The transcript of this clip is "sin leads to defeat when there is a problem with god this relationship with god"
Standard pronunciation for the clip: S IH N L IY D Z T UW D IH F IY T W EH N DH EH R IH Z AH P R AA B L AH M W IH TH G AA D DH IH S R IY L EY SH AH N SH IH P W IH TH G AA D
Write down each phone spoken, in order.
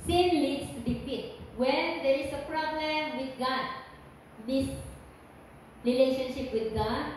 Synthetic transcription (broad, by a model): S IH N L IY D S T UW D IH P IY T W EH N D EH R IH S AH P R AA B L AH M W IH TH G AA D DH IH S R IY L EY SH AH N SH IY P W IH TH G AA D